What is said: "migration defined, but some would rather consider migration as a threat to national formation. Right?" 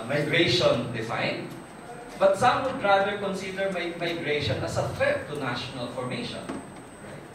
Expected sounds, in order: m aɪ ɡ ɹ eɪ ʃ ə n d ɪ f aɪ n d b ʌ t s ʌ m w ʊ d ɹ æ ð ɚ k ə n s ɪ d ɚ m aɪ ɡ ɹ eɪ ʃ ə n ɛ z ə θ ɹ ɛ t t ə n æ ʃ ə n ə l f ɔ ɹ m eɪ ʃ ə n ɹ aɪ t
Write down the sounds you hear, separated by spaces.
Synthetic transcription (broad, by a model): m aɪ ɡ ɹ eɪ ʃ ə n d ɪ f aɪ n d b ʌ t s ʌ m w ʊ d ɹ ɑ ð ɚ k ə n s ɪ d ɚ m aɪ ɡ ɹ eɪ ʃ ə n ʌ s ə f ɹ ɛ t t ə n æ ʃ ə n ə l f ɔ ɹ m eɪ ʃ ə n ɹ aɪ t